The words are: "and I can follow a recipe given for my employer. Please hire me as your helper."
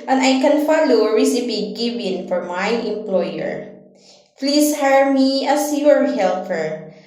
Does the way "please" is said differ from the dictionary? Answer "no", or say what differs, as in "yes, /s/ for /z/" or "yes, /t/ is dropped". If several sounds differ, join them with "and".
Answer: yes, /s/ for /z/